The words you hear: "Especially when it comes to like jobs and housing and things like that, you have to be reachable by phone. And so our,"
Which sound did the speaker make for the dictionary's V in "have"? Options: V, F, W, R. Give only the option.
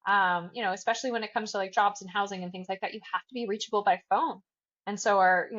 F